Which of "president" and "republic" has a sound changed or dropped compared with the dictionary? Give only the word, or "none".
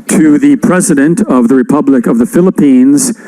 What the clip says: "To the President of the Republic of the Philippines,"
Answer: none